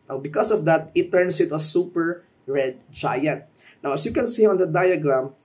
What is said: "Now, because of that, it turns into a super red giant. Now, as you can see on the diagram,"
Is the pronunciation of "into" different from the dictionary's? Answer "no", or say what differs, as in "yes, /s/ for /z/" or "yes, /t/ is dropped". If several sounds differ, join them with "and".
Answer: yes, /n/ is dropped